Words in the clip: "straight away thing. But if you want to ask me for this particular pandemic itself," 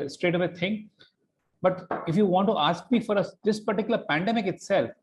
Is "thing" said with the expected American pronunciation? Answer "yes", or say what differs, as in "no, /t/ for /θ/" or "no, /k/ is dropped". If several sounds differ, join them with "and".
no, /t/ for /θ/